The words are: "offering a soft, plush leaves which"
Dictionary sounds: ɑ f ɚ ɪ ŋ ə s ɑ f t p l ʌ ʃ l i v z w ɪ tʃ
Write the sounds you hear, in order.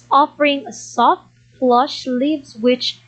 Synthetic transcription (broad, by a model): ɑ f ɚ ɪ ŋ ə s ɑ f t f l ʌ ʃ l i v z w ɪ tʃ